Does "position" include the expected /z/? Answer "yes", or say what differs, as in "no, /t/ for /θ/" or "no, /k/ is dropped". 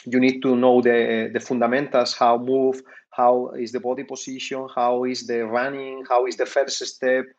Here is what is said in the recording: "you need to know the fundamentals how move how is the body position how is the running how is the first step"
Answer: no, /s/ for /z/